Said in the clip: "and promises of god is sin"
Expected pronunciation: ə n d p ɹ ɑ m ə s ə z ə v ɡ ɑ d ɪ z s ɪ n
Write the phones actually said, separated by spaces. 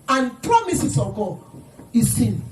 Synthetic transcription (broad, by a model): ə n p ɹ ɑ m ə s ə s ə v ɡ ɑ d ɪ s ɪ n